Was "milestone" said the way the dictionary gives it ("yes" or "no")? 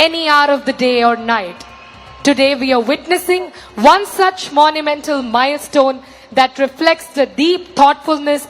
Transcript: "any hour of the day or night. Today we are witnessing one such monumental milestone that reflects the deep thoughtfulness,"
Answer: yes